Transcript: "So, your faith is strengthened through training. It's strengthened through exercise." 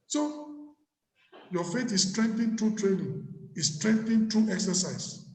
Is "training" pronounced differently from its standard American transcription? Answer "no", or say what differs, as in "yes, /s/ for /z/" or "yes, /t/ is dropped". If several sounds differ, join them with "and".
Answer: no